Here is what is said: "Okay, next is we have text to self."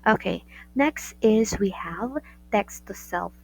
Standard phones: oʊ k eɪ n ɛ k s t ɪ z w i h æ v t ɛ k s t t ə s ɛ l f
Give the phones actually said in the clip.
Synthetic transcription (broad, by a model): oʊ k eɪ n ɛ k s t ɪ z w i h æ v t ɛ k s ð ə s ɛ l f